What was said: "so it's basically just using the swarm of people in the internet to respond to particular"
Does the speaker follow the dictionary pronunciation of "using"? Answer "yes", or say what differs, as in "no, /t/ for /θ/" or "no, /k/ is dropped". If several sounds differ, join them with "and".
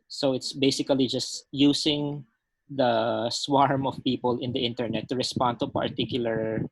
no, /s/ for /z/